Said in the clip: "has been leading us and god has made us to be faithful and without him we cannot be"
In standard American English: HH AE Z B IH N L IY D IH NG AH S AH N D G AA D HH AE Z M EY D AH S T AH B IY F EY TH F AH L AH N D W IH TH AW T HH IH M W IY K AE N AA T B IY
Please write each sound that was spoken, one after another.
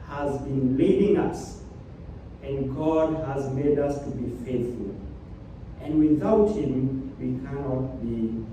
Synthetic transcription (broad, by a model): HH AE Z B IH N L IY D IH NG AH S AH N G AA D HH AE Z M EY D AH S T AH B IY F EY TH F AH L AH N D W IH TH AW T HH IH M W IY K AE N AA T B IY